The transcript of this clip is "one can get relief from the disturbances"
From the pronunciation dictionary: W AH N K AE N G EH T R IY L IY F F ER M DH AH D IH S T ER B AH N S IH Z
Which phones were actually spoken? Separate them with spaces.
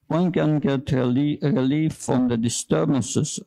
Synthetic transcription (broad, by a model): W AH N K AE N G EH T R IY L IY F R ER M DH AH D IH S T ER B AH N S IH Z